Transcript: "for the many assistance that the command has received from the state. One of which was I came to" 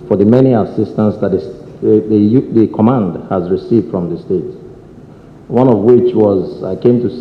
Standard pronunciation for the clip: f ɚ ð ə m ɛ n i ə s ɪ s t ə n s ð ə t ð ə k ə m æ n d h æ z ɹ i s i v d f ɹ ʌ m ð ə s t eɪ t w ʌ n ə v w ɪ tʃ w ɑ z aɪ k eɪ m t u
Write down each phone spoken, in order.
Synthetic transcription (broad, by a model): f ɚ ð ə m ɛ n i ə s ɪ s t ə n s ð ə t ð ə k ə m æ n d h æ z ɹ i s i v d f ɹ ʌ m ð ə s t eɪ t w ʌ n ə v w ɪ tʃ w ɑ z aɪ k eɪ m t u